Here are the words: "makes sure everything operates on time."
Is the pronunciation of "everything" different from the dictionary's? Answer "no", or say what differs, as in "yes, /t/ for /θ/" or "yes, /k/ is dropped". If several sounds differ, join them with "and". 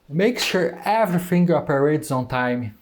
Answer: yes, /f/ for /θ/